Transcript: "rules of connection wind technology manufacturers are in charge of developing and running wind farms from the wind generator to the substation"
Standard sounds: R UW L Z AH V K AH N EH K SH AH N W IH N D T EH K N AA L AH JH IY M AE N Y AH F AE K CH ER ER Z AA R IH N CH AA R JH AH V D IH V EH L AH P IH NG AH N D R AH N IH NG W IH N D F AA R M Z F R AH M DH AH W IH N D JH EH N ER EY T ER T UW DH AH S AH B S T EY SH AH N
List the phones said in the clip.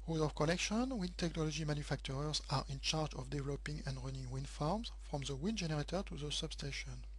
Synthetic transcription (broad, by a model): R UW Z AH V K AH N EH K SH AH N W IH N T EH K N AA L AH JH IY M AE N Y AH F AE K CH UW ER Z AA R IH N CH AA R JH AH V D IH V EH L AH P IH NG AH N D R AH N IH NG W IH N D F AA R M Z F R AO M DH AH W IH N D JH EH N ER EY T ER T UW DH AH S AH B S T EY SH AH N